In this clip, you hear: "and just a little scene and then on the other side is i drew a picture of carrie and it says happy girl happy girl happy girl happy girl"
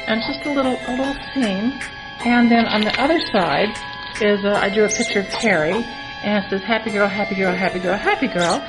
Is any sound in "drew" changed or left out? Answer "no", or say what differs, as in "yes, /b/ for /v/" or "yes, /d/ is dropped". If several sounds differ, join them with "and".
yes, /ɹ/ is dropped